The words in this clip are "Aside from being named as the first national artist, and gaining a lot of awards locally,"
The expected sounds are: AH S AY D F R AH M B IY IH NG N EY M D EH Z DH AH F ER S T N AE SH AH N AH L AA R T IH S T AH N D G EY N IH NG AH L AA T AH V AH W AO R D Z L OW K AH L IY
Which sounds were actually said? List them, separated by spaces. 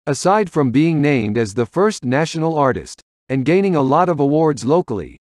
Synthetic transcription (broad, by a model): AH S AY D F R AH M B IY IH NG N EY M D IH Z DH AH F ER S T N AE SH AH N L AA R T IH S T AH N G EY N IH NG AH L AA T AH V AH W AO R D Z L OW K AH L IY